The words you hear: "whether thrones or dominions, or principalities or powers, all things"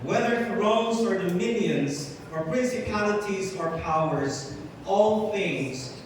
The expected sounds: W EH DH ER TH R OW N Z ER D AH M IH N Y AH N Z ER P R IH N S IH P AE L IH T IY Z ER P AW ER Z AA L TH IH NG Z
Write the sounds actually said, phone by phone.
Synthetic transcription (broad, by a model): W EH DH ER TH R OW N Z ER D AH M IH N Y AH N Z ER P R IH N S IH P AE L IH T IY Z ER P AW ER Z AA L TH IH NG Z